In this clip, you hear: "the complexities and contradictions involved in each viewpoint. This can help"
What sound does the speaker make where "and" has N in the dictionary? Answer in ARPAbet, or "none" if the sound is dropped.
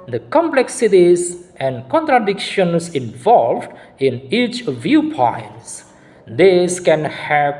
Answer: N